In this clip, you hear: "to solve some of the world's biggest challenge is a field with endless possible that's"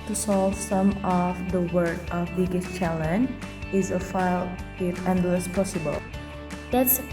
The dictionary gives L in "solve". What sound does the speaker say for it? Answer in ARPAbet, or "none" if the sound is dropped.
L